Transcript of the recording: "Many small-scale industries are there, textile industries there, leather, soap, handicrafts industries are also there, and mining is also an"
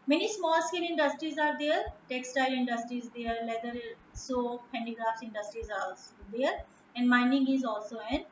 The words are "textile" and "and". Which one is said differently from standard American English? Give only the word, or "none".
none